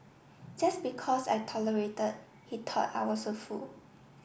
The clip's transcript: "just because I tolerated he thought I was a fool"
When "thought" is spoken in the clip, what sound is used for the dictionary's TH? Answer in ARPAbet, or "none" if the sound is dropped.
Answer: T